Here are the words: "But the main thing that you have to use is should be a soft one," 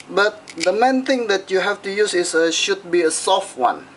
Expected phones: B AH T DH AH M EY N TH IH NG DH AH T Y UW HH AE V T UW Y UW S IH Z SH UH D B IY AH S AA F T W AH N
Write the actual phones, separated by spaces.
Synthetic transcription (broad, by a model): B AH T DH AH M EY N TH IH NG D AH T Y UW HH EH F T UW Y UW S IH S SH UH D B IY AH S AA F T W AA N